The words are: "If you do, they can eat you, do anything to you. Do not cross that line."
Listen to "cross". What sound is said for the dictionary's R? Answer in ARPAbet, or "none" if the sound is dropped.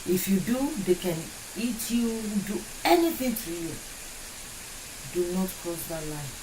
none